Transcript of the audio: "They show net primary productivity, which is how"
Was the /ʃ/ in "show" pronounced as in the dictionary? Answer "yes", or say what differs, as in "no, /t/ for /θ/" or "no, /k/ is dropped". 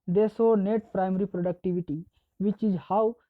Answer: no, /s/ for /ʃ/